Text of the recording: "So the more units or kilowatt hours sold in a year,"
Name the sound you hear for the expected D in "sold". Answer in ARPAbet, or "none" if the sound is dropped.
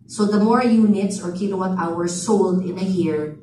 D